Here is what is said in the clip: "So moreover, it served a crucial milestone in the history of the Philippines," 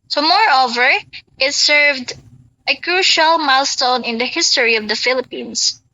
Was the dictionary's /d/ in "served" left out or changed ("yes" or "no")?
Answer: no